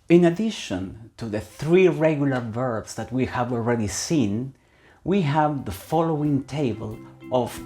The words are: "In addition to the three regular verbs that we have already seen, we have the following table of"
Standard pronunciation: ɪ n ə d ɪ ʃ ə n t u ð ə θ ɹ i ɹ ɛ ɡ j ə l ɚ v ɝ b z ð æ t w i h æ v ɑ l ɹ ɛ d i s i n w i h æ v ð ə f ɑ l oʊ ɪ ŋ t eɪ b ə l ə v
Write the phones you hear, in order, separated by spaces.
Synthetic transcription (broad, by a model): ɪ n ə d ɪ ʃ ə n t u ð ə θ ɹ i ɹ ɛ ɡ j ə l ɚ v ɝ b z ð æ t w i h æ v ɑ l ɹ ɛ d i s i n w i h æ v ð ə f ɑ l oʊ ɪ ŋ t eɪ b ə l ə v